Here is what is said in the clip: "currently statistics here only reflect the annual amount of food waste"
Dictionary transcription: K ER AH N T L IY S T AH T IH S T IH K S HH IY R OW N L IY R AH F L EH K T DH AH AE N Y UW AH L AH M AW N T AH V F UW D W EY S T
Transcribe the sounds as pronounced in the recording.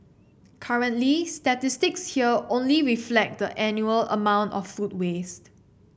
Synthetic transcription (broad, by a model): K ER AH N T L IY S T AH T IH S T IH K S HH IY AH OW N L IY R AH F L EH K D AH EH N Y UW AH L AH M AW N T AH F UW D W EY S T